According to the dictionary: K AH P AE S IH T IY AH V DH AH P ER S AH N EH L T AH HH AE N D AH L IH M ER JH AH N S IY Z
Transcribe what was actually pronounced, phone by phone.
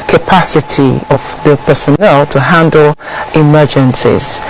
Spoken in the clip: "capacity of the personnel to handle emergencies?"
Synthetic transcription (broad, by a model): K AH P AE S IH T IY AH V DH AH P ER S AH N EH L T AH HH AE N D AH L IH M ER JH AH N S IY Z